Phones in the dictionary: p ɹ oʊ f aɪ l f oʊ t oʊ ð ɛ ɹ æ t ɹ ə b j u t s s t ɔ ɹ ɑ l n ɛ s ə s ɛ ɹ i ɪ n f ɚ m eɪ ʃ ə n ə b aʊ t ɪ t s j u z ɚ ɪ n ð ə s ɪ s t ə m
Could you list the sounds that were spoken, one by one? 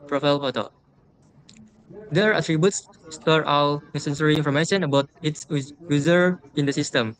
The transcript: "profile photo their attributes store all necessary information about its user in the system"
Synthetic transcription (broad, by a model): p ɹ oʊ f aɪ l p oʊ t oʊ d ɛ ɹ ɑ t ɹ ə b j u t s s t ɔ ɹ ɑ w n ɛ s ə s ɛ ɹ i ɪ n f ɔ m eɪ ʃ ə n ə b aʊ t ɪ t s j u z ɚ ɪ n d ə s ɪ s t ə m